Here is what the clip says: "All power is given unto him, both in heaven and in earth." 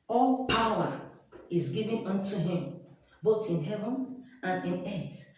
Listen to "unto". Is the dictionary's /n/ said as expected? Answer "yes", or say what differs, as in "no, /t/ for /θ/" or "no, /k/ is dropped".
yes